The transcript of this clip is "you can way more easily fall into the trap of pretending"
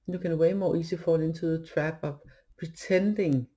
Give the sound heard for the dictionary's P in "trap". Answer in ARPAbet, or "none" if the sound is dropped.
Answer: B